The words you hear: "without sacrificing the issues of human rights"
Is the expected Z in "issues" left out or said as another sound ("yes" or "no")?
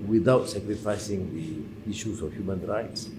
yes